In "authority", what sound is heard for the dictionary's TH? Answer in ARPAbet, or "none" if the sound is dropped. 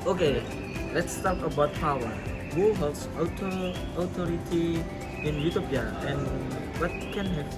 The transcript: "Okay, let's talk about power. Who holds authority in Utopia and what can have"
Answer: T